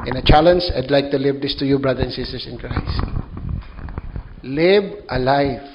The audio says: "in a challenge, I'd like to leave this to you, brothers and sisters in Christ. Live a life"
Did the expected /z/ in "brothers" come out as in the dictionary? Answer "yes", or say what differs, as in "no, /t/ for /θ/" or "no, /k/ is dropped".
no, /z/ is dropped